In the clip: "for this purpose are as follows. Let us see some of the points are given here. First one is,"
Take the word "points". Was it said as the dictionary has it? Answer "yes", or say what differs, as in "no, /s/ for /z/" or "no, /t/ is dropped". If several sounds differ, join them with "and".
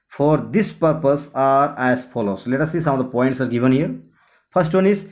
yes